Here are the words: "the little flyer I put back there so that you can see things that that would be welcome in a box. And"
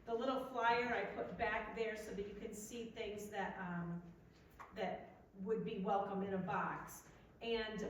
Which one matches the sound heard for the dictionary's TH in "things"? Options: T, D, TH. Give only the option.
TH